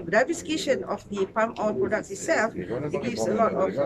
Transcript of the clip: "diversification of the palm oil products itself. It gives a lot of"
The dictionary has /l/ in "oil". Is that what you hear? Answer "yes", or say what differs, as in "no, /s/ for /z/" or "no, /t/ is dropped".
no, /n/ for /l/